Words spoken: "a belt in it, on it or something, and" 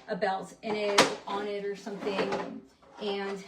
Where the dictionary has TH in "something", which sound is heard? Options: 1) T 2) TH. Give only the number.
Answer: 2